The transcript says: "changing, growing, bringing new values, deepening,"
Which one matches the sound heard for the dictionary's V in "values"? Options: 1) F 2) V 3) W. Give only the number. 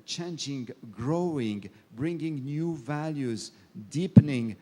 2